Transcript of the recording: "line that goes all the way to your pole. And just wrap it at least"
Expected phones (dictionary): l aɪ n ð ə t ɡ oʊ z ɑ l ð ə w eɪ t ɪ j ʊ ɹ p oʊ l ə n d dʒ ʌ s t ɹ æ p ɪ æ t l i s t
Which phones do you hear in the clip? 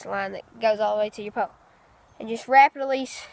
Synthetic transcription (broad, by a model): l aɪ n ð ə t ɡ oʊ z ɑ l ð ə w eɪ t ɪ j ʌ ɹ p oʊ l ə n dʒ ʌ s t ɹ æ p ɪ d l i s